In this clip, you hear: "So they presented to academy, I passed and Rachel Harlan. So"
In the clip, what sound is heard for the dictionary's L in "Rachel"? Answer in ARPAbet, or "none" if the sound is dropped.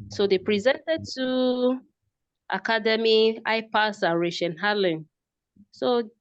N